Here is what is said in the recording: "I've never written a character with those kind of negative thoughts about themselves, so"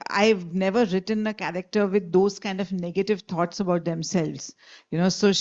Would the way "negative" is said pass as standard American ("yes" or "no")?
yes